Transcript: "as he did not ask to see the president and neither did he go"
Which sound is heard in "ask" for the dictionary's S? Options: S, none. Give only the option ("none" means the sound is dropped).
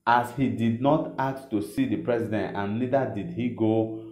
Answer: none